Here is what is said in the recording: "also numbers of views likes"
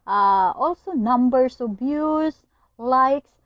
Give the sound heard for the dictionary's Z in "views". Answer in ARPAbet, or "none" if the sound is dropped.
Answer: S